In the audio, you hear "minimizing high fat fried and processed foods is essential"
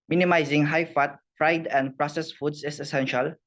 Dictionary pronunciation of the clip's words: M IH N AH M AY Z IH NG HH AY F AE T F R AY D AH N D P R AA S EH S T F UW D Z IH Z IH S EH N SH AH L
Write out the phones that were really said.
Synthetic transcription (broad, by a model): M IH N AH M AY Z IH NG HH AY F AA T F R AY D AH N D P R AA S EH S F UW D S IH S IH S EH N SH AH L